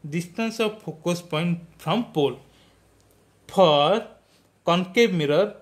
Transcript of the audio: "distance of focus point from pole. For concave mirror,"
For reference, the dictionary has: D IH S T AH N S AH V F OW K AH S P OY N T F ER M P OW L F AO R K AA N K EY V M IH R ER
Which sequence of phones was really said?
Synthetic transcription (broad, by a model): D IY S T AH N S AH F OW K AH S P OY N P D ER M P OW L P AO R K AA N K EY B M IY R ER